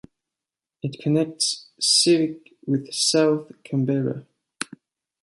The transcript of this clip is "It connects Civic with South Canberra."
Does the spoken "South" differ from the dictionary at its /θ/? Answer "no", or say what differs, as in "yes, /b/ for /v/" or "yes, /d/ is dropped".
no